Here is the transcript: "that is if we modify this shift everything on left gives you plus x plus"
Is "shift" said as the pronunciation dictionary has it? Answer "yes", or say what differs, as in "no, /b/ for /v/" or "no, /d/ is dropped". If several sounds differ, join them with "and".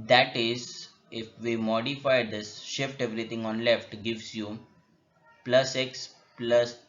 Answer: yes